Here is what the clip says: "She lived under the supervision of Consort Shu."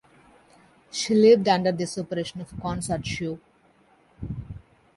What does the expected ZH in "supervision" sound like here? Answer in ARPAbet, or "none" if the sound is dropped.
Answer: SH